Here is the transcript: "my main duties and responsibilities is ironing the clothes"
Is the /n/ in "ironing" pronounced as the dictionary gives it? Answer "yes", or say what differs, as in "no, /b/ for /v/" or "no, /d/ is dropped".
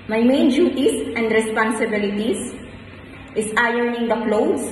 yes